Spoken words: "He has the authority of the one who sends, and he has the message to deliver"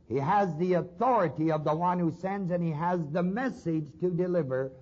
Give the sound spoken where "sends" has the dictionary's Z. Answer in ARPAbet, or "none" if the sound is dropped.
Z